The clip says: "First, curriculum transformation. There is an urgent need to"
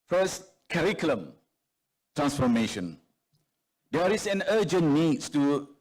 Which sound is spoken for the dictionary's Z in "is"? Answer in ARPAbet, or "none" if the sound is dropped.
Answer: S